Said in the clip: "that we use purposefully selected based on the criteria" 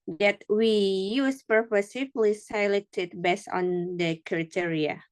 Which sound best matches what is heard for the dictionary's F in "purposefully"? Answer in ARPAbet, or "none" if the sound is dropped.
none